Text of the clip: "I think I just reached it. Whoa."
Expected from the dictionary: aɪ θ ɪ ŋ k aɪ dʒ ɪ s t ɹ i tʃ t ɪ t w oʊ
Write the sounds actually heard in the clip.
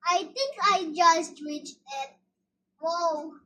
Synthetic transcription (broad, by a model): aɪ t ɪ ŋ k aɪ dʒ ɪ s t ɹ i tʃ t ɪ t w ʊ